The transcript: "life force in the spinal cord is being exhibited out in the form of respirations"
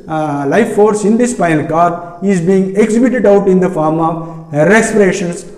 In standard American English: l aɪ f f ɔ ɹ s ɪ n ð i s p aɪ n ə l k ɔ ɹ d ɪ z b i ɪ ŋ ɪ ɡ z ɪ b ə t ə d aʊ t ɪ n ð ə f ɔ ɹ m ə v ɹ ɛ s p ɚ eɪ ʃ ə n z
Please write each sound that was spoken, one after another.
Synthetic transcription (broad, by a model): l aɪ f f ɔ ɹ s ɪ n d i s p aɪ ə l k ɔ ɹ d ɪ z b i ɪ ŋ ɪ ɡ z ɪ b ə t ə d aʊ t ɪ n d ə f ɔ ɹ m ə v ɹ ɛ s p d eɪ ʃ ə n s